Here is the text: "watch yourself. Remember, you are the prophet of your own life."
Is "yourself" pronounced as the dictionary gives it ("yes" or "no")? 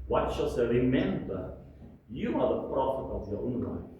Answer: no